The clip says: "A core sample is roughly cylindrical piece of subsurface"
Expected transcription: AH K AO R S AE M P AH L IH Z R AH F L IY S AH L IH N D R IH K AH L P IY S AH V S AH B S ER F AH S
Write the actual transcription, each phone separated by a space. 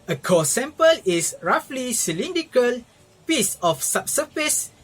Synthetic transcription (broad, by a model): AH K AO S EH M P AH L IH S R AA F L IY S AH L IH N D IH K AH L P IY S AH F S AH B S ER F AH S